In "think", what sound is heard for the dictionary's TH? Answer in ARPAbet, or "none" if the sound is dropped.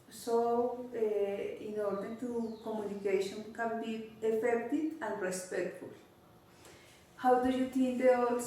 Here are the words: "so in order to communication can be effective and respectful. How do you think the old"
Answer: T